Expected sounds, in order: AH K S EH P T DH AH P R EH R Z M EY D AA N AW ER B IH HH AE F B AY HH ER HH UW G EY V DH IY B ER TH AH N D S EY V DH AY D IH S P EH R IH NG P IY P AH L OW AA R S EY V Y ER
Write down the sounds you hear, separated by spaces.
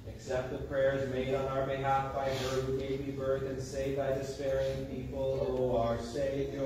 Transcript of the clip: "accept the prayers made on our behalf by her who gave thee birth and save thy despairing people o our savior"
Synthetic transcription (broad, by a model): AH K S EH P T DH AH P R EH R Z M EY D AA N AW ER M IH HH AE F B AY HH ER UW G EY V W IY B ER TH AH N S EY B AY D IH S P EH R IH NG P IY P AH OW AA R S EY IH